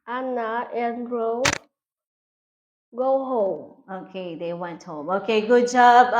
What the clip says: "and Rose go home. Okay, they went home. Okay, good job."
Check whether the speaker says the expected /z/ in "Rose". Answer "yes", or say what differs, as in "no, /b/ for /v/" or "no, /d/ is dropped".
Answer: no, /z/ is dropped